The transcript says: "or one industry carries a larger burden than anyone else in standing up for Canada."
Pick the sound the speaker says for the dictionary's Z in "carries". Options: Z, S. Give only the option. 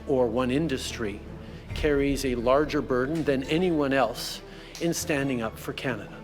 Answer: Z